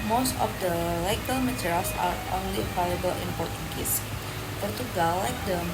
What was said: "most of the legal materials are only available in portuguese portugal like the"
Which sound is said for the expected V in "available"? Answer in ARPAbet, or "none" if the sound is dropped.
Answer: P